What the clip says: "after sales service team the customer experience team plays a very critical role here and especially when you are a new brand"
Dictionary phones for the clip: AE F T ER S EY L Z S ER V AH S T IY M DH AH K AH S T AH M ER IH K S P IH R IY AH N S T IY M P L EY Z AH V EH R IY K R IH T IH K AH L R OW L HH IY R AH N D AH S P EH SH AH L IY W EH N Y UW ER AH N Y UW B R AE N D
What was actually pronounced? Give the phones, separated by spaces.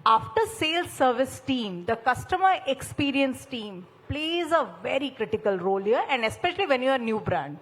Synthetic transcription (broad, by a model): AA F T ER S EY L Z S ER V AH S T IY M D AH K AH S T AH M ER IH K S P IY R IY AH N S T IY M P L EY Z AH V EH R IY K R IH T IH K AH L R OW L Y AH R AH N D AH S P EH SH AH L IY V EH N Y UW ER N Y UW B R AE N D